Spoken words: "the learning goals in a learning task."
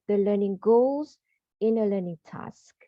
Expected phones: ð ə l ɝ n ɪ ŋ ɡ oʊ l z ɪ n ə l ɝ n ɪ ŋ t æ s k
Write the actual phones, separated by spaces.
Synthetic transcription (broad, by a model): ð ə l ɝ n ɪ ŋ ɡ oʊ l z ɪ n ə l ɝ n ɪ ŋ t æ s k